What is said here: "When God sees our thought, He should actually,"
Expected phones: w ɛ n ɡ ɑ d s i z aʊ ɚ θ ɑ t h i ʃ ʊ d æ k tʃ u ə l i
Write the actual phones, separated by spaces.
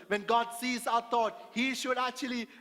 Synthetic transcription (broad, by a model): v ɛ n ɡ ɑ d s i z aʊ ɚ t ɑ t h i ʃ ʊ d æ k tʃ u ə l i